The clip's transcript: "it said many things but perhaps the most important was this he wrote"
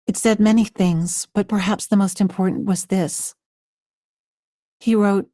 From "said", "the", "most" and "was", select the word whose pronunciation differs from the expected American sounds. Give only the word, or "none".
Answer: none